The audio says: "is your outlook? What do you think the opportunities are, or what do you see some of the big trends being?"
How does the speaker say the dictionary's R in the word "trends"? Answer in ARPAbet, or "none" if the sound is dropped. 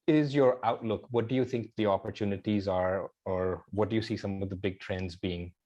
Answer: R